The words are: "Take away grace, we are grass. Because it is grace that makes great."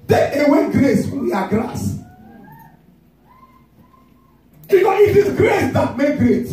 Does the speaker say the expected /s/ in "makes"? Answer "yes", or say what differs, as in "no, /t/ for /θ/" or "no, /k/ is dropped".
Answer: no, /s/ is dropped